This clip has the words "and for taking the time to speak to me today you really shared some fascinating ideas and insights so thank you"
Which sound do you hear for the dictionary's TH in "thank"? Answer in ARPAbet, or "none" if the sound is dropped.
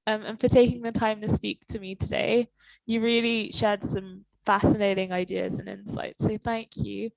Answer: TH